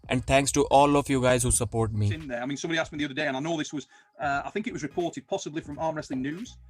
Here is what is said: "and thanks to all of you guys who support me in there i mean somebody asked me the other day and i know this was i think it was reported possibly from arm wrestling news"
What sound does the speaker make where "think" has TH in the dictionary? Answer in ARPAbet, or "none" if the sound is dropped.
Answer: TH